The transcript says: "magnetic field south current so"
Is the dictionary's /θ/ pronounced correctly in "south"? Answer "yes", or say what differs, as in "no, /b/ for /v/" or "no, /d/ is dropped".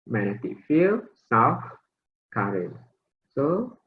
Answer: no, /f/ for /θ/